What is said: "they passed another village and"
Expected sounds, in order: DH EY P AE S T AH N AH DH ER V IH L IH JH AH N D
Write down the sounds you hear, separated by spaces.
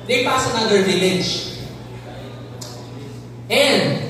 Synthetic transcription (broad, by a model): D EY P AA S AH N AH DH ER V IH L IH JH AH N D